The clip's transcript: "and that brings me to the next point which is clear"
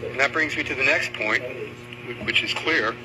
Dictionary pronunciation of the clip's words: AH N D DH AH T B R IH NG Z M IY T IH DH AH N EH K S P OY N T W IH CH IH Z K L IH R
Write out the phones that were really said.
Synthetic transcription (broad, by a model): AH N DH AH T B R IH NG Z M IY T IH DH AH N EH K S P OY N T W IH CH IH Z K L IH R